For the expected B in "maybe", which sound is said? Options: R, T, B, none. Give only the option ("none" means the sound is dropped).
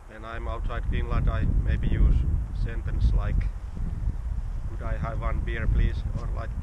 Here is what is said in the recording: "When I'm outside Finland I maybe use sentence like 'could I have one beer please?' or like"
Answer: B